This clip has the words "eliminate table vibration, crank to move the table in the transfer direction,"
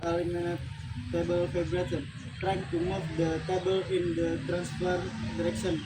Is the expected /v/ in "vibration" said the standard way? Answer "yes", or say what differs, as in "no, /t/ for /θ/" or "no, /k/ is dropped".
no, /f/ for /v/